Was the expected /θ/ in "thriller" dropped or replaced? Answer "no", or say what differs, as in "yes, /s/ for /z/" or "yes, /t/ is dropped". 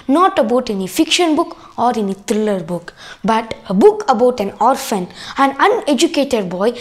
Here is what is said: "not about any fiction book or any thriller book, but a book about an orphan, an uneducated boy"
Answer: yes, /t/ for /θ/